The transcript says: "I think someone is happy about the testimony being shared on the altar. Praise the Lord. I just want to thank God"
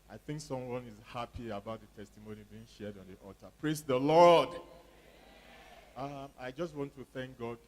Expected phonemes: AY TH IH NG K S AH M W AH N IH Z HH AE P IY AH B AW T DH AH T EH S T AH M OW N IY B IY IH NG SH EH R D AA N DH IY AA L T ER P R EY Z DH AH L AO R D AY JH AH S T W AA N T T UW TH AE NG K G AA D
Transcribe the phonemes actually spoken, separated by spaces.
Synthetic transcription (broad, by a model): AY TH IH NG K S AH M W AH N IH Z HH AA P IY AH B AW T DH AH T EH S T AH M OW N IY B IY IH NG SH EH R D AA N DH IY AA T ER P R EY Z DH AH L AO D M AY JH AH S T W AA N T T UW TH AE NG K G AA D